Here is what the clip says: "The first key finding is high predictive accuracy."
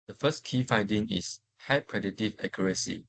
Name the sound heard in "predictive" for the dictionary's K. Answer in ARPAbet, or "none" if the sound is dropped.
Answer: none